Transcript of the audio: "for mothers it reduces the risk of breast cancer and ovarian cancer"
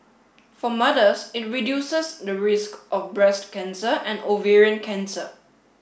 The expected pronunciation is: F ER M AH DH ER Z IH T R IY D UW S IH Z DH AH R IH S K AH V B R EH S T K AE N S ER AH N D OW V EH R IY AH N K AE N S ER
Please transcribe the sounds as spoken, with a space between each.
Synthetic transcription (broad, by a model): F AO M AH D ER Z IH T R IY D UW S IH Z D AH R IH S K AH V B R EH S T K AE N S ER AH N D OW V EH R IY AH N K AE N S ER